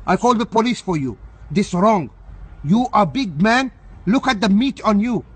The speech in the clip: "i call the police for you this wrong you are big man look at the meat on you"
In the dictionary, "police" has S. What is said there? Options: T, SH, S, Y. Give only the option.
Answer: S